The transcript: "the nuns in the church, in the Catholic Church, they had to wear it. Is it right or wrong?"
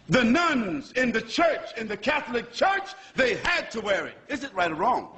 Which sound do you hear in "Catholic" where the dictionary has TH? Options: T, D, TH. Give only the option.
TH